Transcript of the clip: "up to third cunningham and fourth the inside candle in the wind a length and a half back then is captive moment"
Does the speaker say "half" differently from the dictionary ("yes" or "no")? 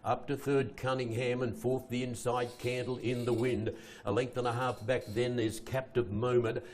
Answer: no